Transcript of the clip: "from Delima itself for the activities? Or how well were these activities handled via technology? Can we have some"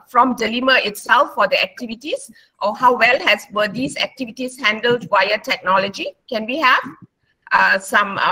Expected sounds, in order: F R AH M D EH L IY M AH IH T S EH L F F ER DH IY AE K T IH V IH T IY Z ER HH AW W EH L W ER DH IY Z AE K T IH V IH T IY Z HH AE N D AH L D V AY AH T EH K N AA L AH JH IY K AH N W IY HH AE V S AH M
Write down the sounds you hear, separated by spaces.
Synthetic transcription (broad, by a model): F R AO M D EH L IY M AH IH T S EH L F F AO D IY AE K T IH V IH T IY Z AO HH AW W EH L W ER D IY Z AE K T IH V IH T IY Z HH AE N D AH L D W AY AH T EH K N AA L AH JH IY K AH N W IY HH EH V S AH M